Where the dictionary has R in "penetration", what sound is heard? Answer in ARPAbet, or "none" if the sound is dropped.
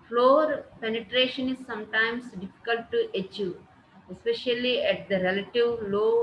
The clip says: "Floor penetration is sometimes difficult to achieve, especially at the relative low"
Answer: R